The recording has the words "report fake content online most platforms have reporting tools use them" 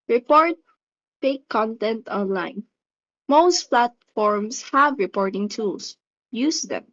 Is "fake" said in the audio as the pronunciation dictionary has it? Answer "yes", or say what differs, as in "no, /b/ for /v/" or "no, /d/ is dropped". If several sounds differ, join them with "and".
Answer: no, /p/ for /f/